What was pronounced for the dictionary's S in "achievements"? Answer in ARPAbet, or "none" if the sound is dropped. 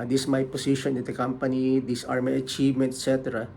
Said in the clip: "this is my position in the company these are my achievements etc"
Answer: none